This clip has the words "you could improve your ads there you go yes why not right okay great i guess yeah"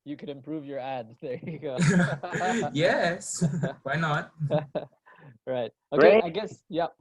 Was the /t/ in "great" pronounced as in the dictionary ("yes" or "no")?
no